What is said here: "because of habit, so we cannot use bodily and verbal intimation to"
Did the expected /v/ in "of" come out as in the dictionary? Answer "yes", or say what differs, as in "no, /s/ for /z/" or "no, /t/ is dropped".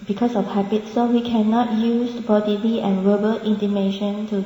no, /f/ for /v/